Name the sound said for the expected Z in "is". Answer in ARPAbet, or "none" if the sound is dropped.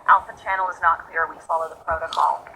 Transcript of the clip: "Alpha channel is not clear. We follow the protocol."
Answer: Z